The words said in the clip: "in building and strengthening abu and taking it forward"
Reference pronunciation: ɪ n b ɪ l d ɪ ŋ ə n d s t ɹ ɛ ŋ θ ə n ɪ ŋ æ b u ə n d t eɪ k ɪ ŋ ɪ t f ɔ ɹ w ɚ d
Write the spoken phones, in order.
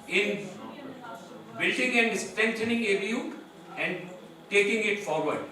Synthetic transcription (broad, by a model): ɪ n b ɪ l d ɪ ŋ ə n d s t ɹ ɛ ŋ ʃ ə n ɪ ŋ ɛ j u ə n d t eɪ k ɪ ŋ ɪ t f ɔ ɹ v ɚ d